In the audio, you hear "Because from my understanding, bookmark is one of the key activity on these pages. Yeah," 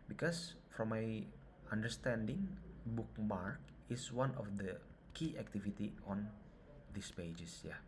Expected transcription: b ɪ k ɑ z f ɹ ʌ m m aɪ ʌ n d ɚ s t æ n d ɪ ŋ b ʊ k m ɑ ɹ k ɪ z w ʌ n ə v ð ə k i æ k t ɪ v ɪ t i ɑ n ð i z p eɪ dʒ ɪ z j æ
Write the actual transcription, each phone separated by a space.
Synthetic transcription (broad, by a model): b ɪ k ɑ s f ɹ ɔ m m aɪ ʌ n d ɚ s t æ n d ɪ ŋ b ʊ k m ɑ ɹ k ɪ s w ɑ n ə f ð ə k i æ k t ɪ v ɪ t i ɑ n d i s p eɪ dʒ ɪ s j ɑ